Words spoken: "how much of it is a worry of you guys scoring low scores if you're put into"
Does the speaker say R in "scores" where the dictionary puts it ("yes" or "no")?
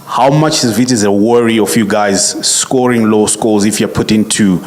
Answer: no